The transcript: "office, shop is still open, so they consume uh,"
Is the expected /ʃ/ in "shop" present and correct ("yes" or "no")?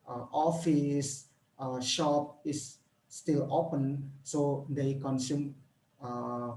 yes